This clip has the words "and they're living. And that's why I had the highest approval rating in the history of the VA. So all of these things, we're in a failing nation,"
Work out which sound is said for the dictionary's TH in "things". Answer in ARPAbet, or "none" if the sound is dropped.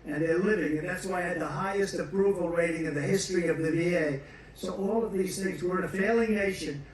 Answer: TH